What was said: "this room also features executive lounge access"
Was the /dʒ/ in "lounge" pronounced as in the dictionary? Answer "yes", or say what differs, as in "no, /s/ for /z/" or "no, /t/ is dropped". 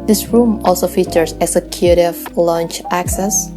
no, /tʃ/ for /dʒ/